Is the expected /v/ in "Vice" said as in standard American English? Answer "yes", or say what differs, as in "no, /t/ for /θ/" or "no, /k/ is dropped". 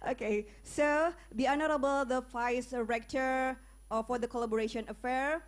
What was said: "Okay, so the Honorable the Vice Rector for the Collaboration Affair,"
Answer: no, /f/ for /v/